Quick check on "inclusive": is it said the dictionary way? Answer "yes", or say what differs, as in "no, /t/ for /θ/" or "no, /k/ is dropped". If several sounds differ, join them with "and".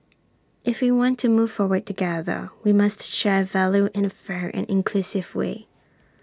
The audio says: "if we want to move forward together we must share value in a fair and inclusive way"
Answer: yes